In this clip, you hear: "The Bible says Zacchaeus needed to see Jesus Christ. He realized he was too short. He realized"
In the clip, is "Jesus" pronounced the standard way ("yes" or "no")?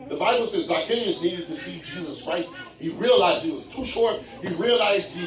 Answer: yes